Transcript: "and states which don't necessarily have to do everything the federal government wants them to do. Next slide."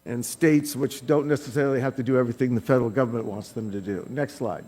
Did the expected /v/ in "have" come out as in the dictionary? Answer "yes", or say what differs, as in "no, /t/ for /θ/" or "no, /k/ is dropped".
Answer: no, /f/ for /v/